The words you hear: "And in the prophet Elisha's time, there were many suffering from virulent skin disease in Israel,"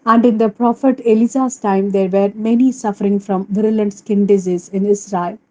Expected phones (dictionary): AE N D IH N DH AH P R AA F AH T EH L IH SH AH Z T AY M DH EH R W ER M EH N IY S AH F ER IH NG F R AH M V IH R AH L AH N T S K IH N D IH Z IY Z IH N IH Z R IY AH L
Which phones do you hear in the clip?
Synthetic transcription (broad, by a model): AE N D IH N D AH P R AA F AH T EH L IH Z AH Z T AY M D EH R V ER M EH N IY S AH F ER IH NG F R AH M V IH R AH L AH N T S K IH N D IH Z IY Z IH N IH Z R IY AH L